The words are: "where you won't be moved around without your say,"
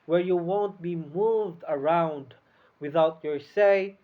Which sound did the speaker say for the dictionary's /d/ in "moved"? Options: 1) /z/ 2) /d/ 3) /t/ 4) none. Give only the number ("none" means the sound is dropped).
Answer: 2